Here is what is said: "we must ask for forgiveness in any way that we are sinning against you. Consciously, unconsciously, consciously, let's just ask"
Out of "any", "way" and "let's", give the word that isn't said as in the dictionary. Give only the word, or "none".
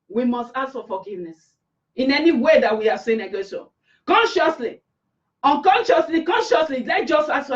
let's